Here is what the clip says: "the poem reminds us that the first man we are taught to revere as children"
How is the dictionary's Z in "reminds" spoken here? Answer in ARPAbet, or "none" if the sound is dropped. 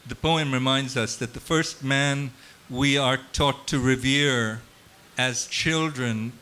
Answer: Z